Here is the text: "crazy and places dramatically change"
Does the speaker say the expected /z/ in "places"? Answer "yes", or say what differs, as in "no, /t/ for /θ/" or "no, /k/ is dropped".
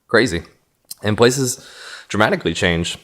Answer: yes